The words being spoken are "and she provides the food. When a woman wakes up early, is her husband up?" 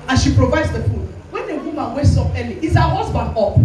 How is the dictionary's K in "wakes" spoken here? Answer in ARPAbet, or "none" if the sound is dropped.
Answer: none